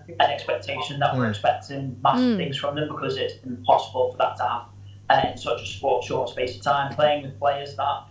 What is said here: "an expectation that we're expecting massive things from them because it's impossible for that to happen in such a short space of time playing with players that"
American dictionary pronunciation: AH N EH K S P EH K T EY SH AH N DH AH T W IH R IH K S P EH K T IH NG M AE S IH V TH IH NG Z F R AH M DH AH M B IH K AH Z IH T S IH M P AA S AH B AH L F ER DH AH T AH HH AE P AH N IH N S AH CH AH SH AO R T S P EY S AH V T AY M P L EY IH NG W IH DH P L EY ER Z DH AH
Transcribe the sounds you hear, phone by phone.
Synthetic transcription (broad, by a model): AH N EH K S P EH K T EY SH AH N DH AH T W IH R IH K S P EH K T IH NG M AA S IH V TH IH NG Z F R AH M DH AH M B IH K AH Z IH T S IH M P AA S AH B AH L F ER DH AH T AH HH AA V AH IH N S AH CH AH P AO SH T S P EY S AH V T AY M P L EY IH NG W IH DH P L EY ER Z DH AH